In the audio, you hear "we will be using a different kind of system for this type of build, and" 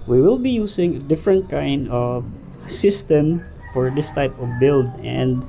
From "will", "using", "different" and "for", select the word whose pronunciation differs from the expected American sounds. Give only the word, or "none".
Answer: using